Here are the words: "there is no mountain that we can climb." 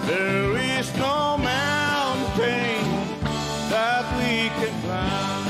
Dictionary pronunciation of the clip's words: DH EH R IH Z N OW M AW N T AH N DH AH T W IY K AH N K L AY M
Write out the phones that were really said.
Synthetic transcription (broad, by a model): DH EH R IH Z N OW M AW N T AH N DH AH T W IY K AH N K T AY